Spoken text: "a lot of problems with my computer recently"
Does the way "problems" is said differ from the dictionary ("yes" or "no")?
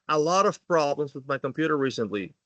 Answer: no